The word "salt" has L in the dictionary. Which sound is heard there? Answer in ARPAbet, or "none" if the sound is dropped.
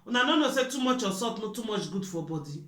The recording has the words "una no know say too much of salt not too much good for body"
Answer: none